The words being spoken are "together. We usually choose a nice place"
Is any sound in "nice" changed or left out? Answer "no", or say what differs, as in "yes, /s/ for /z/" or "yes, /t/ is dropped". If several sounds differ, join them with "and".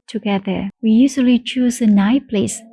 yes, /s/ is dropped